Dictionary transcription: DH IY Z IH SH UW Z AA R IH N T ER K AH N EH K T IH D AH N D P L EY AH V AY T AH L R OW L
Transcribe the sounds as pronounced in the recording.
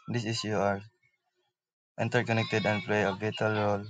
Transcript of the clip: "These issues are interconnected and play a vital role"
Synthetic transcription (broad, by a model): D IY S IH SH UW AA R IH N T ER K AH N EH K T IH D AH N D P L EY AH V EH T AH L R OW L